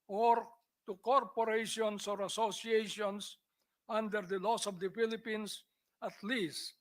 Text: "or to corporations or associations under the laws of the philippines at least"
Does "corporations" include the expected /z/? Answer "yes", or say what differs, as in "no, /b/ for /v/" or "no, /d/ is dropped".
no, /s/ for /z/